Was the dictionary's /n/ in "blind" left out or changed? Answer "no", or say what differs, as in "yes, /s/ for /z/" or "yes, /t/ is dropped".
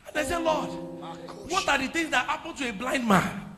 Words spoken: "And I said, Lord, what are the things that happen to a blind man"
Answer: no